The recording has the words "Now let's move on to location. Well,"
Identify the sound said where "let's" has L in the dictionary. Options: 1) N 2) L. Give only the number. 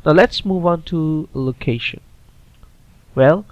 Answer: 2